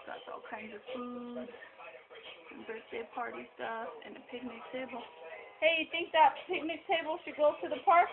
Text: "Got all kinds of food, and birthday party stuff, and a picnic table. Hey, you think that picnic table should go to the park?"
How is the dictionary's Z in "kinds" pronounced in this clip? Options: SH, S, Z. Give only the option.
Z